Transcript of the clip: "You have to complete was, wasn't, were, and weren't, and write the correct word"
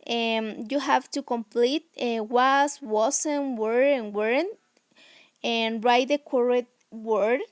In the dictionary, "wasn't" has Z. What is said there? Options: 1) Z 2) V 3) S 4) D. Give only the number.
3